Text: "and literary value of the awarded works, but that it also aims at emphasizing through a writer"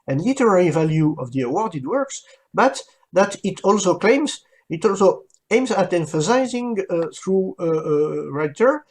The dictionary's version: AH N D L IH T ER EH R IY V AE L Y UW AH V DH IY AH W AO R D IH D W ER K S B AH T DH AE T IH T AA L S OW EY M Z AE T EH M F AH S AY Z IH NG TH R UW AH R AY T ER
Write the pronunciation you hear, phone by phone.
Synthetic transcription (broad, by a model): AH N L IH T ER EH R IY V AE L Y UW AH V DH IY AH W AO R D IH D W ER K S B AH T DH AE T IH T AA L S OW EY M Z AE T EH M F AH S AY Z IH NG TH R UW AH R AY T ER